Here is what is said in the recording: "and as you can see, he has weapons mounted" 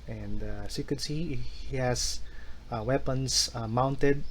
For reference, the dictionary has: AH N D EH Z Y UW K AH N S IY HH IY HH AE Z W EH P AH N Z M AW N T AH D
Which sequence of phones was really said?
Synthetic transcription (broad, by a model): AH N D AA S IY K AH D S IY HH IY HH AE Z W EH P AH N S M AW N T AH D